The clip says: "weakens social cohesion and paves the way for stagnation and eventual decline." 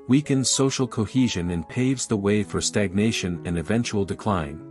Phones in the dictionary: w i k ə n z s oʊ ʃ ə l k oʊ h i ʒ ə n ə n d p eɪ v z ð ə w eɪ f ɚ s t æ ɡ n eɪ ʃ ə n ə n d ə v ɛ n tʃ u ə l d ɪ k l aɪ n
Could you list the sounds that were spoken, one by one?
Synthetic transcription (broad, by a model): w i k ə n s oʊ ʃ l k oʊ h i ʒ ə n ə n p eɪ v z ð ə w eɪ f ɚ s t æ ɡ n eɪ ʃ ə n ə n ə v ɛ n tʃ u l d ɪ k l aɪ n